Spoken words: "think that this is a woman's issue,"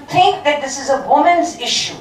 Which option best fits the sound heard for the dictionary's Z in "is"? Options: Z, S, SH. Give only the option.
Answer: Z